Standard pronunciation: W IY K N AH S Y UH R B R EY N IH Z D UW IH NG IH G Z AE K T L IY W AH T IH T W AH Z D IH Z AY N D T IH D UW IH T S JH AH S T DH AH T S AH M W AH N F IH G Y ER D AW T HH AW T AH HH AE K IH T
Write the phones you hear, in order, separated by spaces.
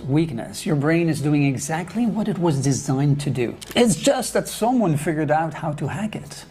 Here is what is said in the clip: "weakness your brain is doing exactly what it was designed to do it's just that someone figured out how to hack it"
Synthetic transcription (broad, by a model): W IY K N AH S Y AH R B R EY N IH Z D UW IH NG IH G Z AE K T L IY W AH T IH T W AH Z D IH Z AY N T IH D UW IH T S JH AH S T DH AH T S AH M W AH N F IH G Y ER D AW T HH AW T AH HH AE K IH T